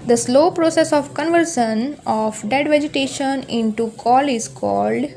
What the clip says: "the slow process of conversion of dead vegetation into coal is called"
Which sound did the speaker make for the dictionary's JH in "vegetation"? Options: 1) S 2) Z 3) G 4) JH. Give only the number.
4